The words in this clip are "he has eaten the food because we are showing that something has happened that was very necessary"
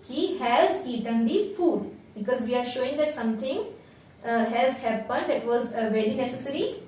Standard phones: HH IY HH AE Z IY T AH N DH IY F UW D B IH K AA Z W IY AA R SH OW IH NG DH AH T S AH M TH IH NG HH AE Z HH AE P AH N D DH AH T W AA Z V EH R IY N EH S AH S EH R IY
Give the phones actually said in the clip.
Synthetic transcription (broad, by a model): HH IY HH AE Z IY T AH N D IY F UW D B IH K AA Z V IY AA R SH OW IH NG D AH T S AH M T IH NG HH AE Z HH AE P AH N D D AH T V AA Z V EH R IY N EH S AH S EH R IY